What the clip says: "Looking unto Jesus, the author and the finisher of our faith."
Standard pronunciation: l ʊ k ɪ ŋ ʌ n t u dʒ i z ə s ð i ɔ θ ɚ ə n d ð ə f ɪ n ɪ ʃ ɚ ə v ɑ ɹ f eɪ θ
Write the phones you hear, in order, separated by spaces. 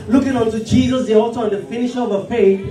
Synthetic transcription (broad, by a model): l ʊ k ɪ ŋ ʌ n t u dʒ i z ə s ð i ɔ t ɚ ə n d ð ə f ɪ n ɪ ʃ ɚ ə v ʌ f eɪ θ